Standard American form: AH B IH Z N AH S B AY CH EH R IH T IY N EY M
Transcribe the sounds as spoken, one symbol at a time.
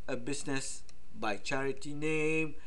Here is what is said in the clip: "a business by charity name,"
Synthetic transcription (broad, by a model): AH B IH S N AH S B AY CH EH R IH T IY N EY M